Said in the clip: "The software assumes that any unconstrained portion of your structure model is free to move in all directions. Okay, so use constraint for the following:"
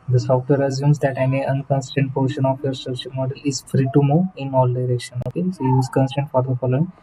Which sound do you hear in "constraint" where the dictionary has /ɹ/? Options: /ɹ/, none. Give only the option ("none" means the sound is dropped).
none